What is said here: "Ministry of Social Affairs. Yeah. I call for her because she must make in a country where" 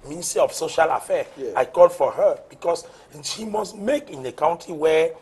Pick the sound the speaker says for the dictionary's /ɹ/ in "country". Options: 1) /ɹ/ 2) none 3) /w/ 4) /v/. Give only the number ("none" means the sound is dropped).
2